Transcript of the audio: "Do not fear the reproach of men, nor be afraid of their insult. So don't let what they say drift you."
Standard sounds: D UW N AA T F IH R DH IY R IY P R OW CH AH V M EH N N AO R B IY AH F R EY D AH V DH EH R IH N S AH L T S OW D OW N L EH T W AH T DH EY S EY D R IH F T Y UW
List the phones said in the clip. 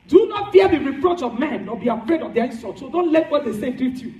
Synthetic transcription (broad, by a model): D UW N AA T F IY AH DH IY R IY P R OW CH AH V M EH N N AO B IY AH F R EY D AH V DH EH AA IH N S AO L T S OW D OW N L EH T W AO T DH EY S EY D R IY T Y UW